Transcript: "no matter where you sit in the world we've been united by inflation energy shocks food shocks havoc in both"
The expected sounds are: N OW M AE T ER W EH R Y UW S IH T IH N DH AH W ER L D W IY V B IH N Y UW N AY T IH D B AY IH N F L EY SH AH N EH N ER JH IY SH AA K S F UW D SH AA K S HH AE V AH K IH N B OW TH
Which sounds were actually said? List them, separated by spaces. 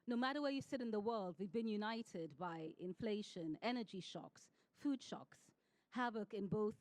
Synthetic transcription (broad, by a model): N OW M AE T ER W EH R Y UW S IH T IH N DH AH W ER L D W IY V B IH N Y UW N AY T IH D B AY IH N F L EY SH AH N EH N ER JH IY SH AA K S F UW D SH AA K S HH AE V AH K IH N B OW TH